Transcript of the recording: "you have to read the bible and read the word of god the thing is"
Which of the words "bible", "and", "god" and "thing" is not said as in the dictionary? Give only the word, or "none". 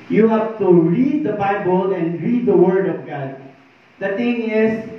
thing